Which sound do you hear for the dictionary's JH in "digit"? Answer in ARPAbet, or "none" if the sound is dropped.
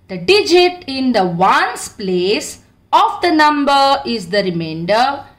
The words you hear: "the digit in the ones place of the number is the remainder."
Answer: JH